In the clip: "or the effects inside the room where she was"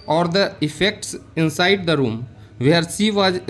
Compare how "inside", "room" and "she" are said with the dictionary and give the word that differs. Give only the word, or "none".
she